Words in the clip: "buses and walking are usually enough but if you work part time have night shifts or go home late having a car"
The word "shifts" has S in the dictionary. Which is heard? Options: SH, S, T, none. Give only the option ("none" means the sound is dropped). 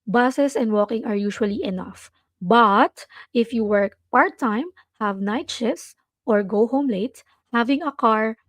none